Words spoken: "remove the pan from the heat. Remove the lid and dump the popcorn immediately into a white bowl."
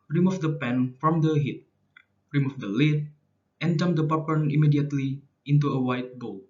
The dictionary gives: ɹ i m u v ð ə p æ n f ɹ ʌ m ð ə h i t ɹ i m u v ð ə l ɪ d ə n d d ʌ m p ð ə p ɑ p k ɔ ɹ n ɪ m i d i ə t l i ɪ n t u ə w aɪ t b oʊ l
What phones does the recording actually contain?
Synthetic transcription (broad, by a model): ɹ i m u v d ə p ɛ n f ɹ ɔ m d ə h i t ɹ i m u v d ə l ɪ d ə n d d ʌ m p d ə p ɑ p ʌ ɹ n ɪ m i d i ə t l i ɪ n t u ə w aɪ t b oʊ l